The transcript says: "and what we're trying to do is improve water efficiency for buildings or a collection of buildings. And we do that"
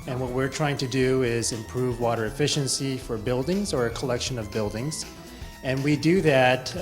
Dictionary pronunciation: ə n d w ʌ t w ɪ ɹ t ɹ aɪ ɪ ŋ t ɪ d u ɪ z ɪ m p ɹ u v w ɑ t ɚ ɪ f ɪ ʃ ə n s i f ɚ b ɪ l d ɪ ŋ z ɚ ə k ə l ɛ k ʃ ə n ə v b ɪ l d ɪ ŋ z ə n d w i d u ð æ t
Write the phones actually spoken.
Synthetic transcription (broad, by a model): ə n w ʌ t w ɪ ɹ t ɹ aɪ ɪ ŋ t ɪ d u ɪ z ɪ m p ɹ u v w ɑ t ɚ ɪ f ɪ ʃ ə n s i f ɚ b ɪ l d ɪ ŋ z ɚ ə k ə l ɛ k ʃ ə n ə v b ɪ l d ɪ ŋ z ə n w i d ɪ ð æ t